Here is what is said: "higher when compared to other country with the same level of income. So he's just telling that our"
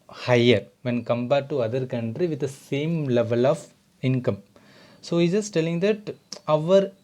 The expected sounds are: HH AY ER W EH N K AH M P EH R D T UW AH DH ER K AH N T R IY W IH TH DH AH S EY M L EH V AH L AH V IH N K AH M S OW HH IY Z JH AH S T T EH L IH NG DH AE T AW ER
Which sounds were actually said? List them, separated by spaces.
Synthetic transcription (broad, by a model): HH AY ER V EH N K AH M B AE T UW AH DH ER K AH N T R IY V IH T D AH S EY M L EH V AH L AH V IH N K AH M S OW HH IY JH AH S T T EH L IH NG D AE T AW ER